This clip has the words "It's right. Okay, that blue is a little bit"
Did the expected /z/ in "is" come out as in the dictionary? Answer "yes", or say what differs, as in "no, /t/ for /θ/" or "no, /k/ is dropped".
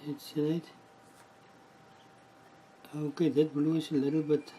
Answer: no, /s/ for /z/